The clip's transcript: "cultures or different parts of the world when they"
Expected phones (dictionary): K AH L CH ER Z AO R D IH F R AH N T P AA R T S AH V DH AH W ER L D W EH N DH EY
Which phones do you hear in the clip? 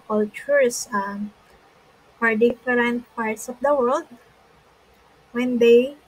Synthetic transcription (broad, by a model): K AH L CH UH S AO R D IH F R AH N T P AA R T S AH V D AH W ER L D W EH N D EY